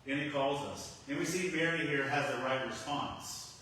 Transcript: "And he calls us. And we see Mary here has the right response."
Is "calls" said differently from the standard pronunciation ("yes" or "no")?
no